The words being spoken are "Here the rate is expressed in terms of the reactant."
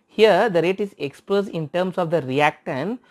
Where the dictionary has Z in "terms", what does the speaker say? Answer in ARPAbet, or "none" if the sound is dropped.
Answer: S